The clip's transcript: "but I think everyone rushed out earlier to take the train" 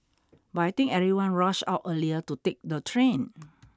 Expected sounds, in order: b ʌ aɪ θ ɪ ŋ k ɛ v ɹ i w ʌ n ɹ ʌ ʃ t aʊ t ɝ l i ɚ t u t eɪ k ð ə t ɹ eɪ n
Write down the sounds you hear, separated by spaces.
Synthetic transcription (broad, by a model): b aɪ t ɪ ŋ ɛ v ɹ i w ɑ n ɹ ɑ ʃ aʊ t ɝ l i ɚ t u t eɪ k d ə t ɹ eɪ n